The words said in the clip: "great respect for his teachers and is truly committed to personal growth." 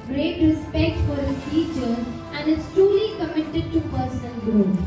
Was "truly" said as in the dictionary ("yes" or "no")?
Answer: yes